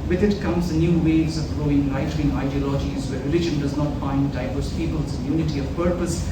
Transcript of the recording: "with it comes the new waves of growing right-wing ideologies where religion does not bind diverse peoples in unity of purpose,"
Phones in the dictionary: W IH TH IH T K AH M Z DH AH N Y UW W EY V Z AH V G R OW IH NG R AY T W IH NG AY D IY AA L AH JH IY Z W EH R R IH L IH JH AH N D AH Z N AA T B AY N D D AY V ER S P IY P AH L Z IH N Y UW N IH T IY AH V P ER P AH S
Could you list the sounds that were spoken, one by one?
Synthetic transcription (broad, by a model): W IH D IH T K AH M Z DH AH N Y UW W EY Z AH V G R OW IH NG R AY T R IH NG AY D IY AA L AH JH IY Z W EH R R IH L IH JH AH N D AH Z N AA T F AY N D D AY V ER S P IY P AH L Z IH N Y UW N IH T IY AH V P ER P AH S